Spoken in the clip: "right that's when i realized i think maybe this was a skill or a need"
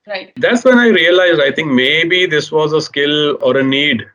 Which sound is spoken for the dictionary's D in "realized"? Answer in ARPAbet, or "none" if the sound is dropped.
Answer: D